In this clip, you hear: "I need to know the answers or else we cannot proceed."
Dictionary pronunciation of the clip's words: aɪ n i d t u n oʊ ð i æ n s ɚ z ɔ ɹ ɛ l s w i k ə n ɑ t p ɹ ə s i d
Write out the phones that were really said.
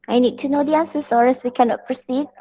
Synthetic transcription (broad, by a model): aɪ n i d t u n oʊ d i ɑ n s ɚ s ɔ ɹ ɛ s w i k ə n ɑ t p ɹ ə s i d